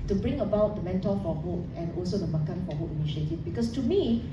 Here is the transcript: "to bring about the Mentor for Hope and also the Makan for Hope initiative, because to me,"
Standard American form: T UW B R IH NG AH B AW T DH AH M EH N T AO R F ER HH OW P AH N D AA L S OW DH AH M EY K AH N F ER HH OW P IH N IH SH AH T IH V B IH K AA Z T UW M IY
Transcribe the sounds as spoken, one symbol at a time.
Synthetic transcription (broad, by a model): T UW B R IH NG AH B AW T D AH M EH N T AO L F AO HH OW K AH N AA L S OW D AH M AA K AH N F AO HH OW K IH N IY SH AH T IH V B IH K AA S T UW M IY